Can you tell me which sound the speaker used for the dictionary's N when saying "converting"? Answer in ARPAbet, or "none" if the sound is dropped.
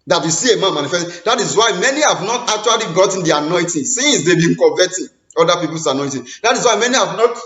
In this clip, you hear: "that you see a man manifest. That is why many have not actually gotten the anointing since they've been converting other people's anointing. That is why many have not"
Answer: none